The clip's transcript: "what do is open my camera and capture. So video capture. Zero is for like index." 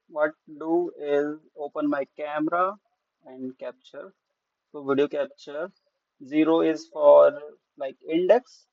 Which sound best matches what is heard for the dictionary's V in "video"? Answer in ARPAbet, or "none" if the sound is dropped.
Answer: V